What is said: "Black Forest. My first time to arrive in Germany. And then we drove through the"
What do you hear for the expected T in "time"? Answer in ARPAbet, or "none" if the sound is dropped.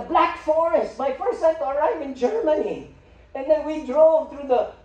S